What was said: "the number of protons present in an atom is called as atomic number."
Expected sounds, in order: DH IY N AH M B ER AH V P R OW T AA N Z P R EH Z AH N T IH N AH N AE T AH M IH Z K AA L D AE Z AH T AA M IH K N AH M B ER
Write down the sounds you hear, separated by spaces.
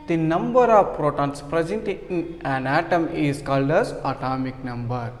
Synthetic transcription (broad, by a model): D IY N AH M B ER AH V P R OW T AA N S P R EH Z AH N T IH N AH N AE T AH M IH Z K AA L D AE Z AH T AA M IH K N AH M B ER